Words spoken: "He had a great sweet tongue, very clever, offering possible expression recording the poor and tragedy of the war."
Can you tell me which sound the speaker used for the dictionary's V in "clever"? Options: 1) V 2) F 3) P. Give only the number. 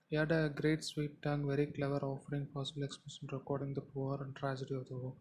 1